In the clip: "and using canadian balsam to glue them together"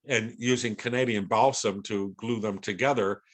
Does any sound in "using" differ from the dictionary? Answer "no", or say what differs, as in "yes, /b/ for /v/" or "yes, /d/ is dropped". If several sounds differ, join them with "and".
no